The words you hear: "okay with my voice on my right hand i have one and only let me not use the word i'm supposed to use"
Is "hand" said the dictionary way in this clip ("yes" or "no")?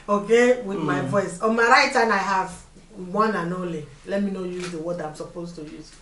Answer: no